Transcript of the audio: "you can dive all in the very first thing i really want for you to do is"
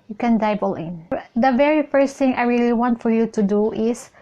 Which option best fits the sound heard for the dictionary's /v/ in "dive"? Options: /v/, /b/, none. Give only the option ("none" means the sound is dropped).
/b/